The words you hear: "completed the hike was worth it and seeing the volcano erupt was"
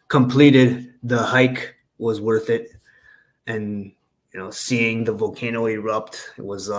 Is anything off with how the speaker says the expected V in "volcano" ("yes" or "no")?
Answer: no